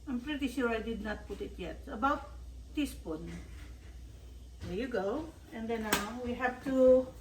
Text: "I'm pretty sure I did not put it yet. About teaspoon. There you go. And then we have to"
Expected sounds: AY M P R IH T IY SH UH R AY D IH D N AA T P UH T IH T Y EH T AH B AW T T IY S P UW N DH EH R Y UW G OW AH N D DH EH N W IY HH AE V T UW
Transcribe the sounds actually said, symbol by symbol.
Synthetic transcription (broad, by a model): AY M P R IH T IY SH UH R AY D IH D N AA T P UH T IH T Y EH T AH B AW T T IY S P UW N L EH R Y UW G OW AH N D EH N W IY HH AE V T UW